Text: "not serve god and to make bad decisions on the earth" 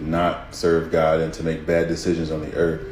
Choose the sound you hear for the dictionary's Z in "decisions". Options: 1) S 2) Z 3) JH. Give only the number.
2